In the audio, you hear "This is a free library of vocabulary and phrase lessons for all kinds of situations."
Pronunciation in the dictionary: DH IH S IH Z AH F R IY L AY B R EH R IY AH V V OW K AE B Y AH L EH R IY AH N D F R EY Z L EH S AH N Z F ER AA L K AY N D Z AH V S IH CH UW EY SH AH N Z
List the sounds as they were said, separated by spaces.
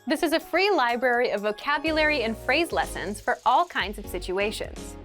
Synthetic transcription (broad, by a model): DH IH S IH Z AH F R IY L AY B R EH R IY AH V V OW K AE B Y AH L EH R IY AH N F R EY Z L EH S AH N Z F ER AA L K AY N D Z AH V S IH CH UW EY SH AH N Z